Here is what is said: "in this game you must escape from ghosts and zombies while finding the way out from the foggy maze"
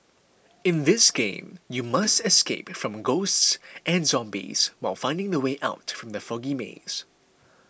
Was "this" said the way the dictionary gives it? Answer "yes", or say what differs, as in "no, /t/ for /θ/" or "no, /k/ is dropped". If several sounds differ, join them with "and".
yes